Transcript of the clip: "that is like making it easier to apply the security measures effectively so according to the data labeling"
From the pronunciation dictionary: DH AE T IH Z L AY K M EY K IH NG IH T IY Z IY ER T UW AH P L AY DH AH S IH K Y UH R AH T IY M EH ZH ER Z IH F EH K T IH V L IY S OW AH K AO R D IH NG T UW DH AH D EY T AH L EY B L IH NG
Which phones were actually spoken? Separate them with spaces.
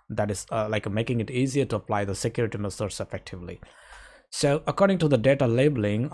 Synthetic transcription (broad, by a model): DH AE T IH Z L AY K M EY K IH NG IH T IY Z IY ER T UW AH P L AY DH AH S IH K Y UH R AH T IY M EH S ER S IH F EH K T IH V L IY S OW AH K AO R D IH NG T UW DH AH D EY T AH L EY B L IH NG